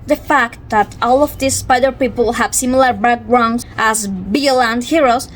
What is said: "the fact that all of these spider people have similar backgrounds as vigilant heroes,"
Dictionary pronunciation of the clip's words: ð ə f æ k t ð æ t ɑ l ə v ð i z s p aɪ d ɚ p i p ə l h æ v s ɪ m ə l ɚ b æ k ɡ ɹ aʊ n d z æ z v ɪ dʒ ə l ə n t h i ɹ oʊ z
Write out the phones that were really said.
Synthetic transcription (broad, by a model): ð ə f æ k t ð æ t ɑ l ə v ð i s p aɪ d ɚ p i p ə l h æ v s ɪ m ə l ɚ b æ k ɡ ɹ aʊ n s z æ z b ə l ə n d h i ɹ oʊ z